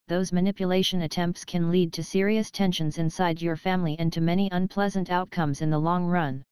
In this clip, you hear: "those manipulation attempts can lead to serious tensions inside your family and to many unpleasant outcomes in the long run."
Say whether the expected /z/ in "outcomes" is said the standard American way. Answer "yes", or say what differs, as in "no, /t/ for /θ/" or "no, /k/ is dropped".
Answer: yes